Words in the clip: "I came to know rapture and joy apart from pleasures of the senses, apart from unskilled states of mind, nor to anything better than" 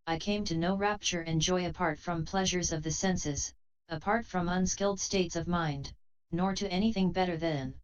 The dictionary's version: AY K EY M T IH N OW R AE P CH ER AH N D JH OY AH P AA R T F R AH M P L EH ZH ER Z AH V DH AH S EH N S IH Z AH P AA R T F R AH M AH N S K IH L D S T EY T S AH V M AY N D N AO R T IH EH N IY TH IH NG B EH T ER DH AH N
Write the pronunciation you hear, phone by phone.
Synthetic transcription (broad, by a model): AY K EY M T IH N OW R AE P CH ER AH N JH OY AH P AA R T F R AH M P L EH ZH ER Z AH V DH AH S EH N S IH Z AH P AA R T F R AH M AH N S K IH L D S T EY T S AH V M AY N D N AO R T IH EH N IY TH IH NG B EH T ER DH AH N